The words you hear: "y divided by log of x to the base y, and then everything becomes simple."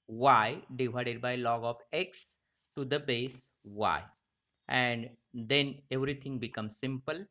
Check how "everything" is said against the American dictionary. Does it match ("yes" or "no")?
no